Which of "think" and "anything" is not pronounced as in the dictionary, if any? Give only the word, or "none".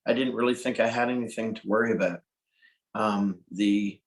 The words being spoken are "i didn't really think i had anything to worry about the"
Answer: none